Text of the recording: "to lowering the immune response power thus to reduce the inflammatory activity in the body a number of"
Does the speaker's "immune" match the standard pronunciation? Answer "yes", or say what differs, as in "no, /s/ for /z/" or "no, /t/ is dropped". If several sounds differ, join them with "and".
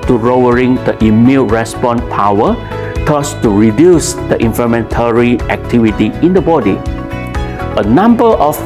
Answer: no, /l/ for /n/